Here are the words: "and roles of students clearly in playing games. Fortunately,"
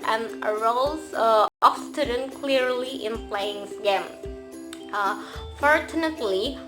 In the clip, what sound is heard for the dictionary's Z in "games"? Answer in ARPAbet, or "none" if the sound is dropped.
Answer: none